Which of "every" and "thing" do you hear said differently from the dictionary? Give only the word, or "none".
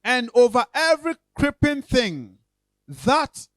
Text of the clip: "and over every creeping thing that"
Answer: none